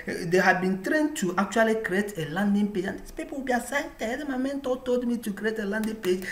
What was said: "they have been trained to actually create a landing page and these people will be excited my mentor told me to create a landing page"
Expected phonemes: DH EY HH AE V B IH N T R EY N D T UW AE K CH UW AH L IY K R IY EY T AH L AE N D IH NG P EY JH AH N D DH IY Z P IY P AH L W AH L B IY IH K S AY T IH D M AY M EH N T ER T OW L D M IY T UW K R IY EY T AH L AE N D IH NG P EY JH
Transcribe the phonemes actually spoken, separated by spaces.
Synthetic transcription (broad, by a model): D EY HH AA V B IH N T R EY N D T UW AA K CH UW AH L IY K R IY EY T AH L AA N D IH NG P EY JH AH N D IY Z P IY P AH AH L B IY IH S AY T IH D M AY M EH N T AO T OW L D M IY T UW K R IY EY T AH L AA N D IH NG P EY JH